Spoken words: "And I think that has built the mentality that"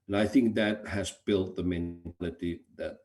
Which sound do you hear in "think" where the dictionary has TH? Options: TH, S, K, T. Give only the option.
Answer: TH